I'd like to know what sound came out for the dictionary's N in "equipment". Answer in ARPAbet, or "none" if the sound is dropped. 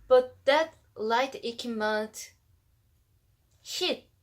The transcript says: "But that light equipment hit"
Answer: none